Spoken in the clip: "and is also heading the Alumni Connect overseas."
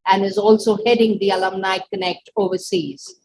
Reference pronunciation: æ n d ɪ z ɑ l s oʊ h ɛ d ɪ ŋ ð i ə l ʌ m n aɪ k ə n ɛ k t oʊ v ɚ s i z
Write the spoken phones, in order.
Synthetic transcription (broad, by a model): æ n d ɪ z ɑ l s oʊ h ɛ d ɪ ŋ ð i ə l ʌ m n aɪ k ə n ɛ k t oʊ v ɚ s i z